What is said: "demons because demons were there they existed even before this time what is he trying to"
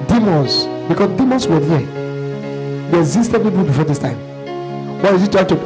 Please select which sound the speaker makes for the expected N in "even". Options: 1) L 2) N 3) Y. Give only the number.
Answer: 1